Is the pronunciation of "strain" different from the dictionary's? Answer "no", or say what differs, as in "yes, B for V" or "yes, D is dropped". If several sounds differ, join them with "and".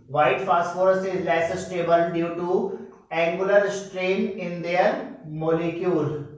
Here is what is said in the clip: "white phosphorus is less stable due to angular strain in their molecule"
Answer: no